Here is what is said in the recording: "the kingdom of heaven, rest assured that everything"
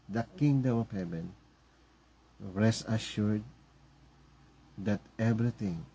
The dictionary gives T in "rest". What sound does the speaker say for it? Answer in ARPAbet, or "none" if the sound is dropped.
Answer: none